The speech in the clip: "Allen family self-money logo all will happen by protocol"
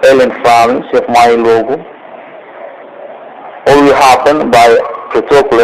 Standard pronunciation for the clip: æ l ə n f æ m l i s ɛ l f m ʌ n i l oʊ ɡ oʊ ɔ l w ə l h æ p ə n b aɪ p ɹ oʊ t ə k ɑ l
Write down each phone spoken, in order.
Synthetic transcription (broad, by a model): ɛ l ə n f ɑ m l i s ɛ f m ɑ i l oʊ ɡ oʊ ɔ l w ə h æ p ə n b aɪ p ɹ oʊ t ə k l